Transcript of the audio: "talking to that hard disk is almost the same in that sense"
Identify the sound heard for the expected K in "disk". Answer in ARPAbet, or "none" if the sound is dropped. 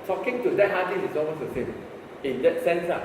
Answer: none